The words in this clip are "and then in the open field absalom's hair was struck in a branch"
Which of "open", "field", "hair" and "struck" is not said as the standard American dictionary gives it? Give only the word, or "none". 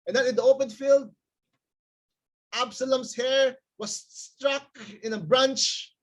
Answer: none